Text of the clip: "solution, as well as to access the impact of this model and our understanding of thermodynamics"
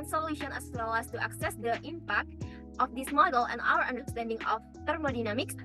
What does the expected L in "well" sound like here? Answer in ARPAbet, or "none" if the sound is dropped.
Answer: W